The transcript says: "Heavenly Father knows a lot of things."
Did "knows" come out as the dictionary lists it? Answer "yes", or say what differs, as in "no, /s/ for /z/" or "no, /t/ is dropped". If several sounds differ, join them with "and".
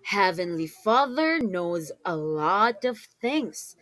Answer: yes